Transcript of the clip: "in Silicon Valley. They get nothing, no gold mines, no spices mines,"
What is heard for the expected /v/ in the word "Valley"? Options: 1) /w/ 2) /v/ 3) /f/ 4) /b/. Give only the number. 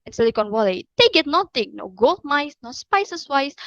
1